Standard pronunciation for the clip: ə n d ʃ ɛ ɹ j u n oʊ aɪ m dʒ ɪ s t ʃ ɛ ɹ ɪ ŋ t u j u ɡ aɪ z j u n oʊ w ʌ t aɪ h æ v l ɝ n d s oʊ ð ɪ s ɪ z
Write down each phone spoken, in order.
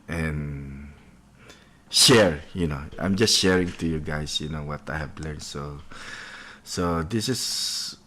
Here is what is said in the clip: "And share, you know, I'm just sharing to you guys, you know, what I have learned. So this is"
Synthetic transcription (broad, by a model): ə n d ʃ ɛ ɹ j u n oʊ aɪ m dʒ ɪ s t ʃ ɛ ɹ ɪ ŋ t u j u ɡ aɪ s j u n oʊ w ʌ t aɪ h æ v l ɝ n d s oʊ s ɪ s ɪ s